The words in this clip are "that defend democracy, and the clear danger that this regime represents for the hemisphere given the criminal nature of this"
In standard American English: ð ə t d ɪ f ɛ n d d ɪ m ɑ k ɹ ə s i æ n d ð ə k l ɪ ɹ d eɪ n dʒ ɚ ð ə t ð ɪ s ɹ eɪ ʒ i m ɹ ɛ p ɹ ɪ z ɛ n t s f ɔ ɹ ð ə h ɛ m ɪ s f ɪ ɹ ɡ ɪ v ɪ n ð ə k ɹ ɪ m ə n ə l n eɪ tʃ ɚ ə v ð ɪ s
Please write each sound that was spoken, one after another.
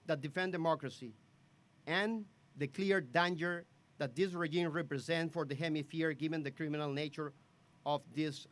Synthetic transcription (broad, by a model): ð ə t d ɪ f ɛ n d d ɪ m ɑ k ɹ ə s i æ n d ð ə k l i ɹ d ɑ n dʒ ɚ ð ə t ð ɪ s ɹ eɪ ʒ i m ɹ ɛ p ɹ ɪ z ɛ n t f ɔ ɹ ð ə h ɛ m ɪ f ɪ ɹ ɡ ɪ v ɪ n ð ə k ɹ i m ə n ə l n eɪ tʃ ɚ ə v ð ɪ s